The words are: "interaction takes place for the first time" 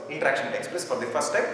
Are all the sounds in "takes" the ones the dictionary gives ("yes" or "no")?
yes